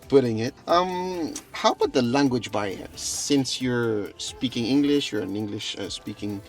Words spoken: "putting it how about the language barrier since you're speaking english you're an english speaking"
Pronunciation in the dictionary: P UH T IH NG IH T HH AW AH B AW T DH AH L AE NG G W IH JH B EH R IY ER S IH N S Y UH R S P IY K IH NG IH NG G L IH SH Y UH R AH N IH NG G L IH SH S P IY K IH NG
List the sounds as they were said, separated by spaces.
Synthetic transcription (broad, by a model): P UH T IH NG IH T HH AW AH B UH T DH AH L AE NG G W IH JH B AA IY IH S IH N S Y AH R S P IY K IH NG IH NG G L IH SH Y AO R AH N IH NG G L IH SH S P IY K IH NG